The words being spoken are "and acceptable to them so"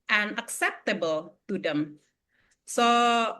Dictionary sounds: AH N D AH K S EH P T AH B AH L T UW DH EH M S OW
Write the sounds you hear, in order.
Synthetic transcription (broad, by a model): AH N AH K S EH P T AH B AH L T UW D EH M S OW